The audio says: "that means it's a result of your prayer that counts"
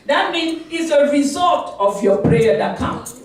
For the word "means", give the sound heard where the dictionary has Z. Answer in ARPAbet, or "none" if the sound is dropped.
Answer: none